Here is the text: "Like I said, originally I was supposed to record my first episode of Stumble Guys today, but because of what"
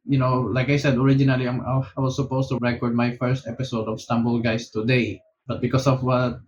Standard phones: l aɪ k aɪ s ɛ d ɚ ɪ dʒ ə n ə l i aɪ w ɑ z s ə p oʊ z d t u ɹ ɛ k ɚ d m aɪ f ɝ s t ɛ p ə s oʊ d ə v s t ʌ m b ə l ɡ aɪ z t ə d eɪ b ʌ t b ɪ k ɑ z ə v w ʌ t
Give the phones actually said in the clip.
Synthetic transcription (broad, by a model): l aɪ k aɪ s ɛ d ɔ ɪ dʒ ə n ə l i aɪ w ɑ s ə p oʊ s t u ɹ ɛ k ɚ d m aɪ f ɝ s t ɛ p ə s oʊ d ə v s t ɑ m b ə l ɡ aɪ s t ə d eɪ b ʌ t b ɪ k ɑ s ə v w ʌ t